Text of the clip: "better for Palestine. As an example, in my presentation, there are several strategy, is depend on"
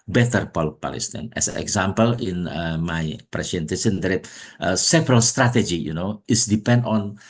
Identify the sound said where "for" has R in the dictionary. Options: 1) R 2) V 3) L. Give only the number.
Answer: 3